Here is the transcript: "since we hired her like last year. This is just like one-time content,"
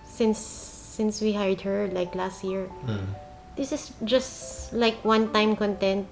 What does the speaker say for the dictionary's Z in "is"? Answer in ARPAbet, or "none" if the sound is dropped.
S